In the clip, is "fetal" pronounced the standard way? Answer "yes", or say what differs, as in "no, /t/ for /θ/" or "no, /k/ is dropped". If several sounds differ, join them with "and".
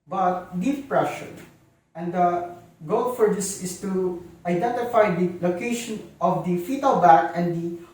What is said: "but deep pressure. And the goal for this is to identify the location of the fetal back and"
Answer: yes